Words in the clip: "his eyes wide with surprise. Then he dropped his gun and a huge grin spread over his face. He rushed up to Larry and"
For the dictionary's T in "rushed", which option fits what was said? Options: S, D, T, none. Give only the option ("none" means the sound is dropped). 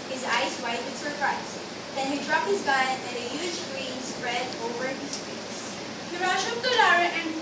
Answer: none